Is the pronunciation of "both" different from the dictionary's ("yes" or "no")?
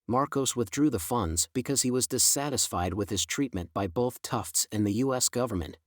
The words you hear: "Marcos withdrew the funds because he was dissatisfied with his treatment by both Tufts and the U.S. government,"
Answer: no